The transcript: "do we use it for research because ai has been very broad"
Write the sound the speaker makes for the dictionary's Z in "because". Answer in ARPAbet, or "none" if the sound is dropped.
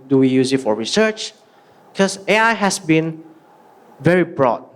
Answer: none